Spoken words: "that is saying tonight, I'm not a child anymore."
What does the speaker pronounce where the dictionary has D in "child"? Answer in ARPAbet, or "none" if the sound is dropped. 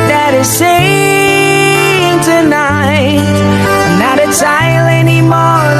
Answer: none